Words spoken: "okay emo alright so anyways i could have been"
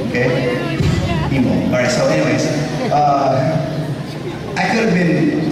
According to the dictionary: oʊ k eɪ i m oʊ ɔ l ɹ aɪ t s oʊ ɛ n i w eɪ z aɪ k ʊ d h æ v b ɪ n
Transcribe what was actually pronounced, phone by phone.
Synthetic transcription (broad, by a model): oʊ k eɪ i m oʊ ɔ ɹ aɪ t s oʊ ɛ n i w eɪ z aɪ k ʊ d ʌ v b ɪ n